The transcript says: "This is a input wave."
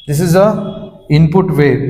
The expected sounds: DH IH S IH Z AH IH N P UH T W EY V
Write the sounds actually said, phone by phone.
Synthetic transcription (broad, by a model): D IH S IH Z AH IH N P UH T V EY